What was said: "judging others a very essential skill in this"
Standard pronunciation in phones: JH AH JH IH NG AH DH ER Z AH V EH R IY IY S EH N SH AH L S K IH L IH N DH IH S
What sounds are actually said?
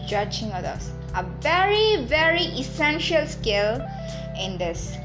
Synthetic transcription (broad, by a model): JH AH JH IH NG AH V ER AH V EH R IY IY S EH N SH AH L S K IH L IH N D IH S